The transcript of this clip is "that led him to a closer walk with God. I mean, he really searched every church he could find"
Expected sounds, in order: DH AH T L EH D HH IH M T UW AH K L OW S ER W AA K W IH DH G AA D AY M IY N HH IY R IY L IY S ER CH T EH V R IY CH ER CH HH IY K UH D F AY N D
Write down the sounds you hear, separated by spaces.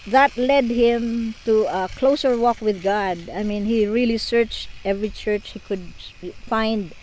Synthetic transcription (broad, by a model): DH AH T L EH D HH IH M T UW AH K L OW S ER W AA K W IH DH G AA D AY M IY N HH IY R IY L IY S ER CH T EH V R IY CH ER CH HH IY K UH D F AY N D